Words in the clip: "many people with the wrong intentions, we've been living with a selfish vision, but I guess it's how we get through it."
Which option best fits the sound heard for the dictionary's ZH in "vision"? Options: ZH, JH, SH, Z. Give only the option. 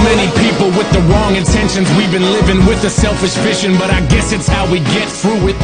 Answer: SH